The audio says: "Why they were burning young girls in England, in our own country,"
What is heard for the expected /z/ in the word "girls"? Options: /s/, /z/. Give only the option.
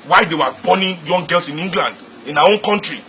/s/